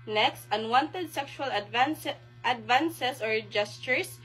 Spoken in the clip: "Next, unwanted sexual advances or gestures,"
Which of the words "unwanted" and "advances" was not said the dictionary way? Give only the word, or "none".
advances